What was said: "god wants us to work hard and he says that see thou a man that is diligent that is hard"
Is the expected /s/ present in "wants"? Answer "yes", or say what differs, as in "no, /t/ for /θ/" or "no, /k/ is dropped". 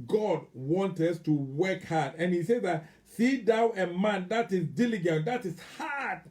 no, /s/ is dropped